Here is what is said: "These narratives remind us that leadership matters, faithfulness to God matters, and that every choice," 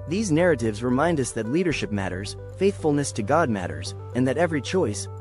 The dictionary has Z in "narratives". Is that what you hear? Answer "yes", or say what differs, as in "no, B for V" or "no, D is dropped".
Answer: yes